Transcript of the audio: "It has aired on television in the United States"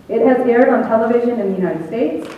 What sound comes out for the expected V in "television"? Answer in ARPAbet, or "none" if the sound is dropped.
V